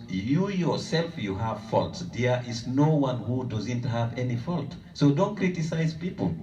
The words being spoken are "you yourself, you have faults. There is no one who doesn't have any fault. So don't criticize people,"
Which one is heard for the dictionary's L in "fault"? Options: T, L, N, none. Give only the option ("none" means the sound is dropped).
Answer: L